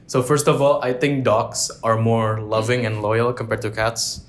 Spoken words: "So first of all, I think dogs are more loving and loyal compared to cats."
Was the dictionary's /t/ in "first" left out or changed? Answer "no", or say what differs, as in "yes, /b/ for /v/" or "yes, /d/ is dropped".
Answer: no